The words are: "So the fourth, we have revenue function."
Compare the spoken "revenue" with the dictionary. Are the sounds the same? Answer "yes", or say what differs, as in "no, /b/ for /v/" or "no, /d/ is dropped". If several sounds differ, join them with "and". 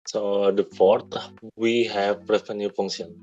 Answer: no, /f/ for /v/